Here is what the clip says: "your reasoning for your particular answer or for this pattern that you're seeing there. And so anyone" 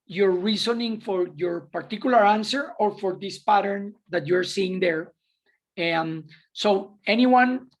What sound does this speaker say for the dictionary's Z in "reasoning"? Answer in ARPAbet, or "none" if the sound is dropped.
S